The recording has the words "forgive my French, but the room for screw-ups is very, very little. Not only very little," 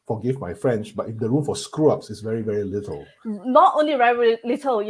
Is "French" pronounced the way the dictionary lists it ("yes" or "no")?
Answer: no